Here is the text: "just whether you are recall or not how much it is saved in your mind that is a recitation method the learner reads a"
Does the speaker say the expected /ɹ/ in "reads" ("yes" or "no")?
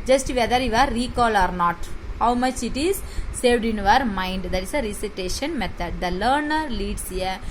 no